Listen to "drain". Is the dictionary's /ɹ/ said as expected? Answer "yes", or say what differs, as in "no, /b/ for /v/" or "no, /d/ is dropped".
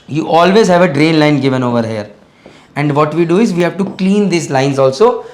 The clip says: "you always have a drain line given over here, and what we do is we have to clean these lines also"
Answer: yes